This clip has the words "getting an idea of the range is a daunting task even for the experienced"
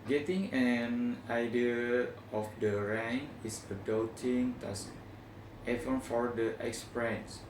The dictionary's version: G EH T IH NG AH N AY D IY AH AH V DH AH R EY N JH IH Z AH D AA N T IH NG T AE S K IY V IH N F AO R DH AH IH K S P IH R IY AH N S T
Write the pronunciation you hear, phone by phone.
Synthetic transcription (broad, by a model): G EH T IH NG AH N AY D IY AH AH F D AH R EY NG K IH S AH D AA T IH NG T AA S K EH F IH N F AO R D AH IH K S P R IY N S